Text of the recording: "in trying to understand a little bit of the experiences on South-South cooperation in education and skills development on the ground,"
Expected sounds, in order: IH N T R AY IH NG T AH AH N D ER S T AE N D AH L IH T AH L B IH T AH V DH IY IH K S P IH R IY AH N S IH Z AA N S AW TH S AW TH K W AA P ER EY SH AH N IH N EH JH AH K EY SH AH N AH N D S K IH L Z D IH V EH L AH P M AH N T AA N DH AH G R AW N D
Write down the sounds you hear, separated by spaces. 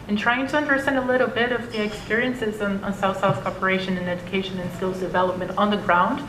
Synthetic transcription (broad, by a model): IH N T R AY IH NG T AH AH N D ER S T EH N D AH L IH T L B IH T AH V DH IY IH K S P IH R IY AH N S IH Z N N S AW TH S AW TH K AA P ER EY SH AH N IH N EH JH AH K EY SH AH N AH N S K IH L Z D IH V EH L AH P M AH N T N DH AH G R AW N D